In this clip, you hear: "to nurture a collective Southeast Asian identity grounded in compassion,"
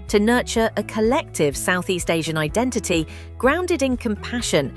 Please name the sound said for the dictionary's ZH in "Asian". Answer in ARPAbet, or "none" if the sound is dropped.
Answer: ZH